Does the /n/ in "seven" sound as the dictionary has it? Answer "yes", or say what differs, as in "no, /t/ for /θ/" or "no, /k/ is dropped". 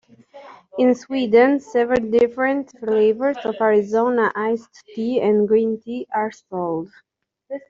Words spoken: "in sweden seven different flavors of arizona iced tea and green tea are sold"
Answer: no, /l/ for /n/